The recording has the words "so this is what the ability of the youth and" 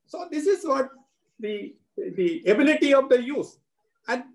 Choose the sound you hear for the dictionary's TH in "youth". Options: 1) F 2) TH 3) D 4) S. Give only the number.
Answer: 4